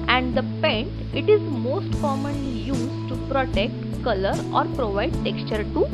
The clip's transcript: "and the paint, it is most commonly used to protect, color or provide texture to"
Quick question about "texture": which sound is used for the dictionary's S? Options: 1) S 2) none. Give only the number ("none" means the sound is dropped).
1